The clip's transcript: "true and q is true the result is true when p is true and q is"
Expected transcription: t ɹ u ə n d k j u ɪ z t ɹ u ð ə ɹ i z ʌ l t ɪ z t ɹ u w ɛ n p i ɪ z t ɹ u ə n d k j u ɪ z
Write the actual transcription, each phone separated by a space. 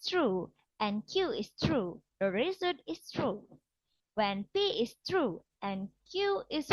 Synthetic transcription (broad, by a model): t ɹ u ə n k j u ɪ s t ɹ u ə ɹ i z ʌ t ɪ s t ɹ u w ɛ n p i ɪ s t ɹ u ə n k j u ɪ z